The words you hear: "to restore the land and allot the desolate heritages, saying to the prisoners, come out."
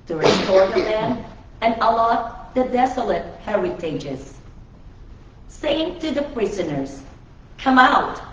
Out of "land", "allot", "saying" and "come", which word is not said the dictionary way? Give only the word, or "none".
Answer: land